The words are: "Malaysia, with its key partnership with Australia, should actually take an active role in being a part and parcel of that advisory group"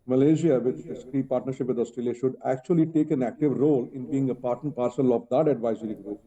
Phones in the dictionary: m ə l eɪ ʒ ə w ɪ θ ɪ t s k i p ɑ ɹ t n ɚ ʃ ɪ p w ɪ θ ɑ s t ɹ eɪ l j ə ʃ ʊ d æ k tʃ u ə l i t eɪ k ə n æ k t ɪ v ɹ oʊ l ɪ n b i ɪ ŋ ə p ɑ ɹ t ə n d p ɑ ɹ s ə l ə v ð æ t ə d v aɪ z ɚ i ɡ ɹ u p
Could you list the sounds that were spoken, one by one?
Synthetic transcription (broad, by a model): m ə l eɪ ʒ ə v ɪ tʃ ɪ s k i p ɑ ɹ t n ɚ ʃ ɪ p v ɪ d ɑ s t ɹ eɪ l j ə ʃ ʊ d æ k tʃ u ə l i t eɪ k ə n æ k t ɪ v ɹ oʊ l ɪ n b i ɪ ŋ ə p ɑ ɹ t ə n p ɑ ɹ s ə l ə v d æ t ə d v aɪ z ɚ i ɡ ɹ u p